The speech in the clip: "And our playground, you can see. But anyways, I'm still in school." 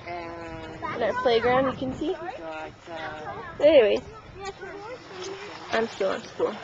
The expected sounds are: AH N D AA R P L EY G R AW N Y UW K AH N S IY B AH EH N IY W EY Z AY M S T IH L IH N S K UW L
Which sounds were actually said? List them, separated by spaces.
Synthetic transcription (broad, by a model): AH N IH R P L EY G R AW N Y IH K AH N S IY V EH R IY W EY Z AY M S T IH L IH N S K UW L